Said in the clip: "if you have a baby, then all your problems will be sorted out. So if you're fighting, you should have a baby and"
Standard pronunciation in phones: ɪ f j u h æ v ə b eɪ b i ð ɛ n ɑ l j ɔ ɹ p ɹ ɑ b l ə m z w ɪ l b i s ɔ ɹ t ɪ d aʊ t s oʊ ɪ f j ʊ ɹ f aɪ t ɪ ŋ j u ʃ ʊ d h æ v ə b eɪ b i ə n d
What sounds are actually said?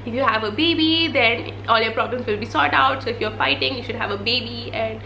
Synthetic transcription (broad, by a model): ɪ f j u h æ v ə b eɪ b i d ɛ n ɑ l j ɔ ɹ p ɹ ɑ b l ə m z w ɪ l b i s ɔ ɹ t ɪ ʊ t s oʊ ɪ f j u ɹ f aɪ t ɪ ŋ j u ʃ ʊ d h æ v ə b eɪ b i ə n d